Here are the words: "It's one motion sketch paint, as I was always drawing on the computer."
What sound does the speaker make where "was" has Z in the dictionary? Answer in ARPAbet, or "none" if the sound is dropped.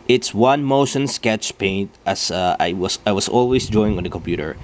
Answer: S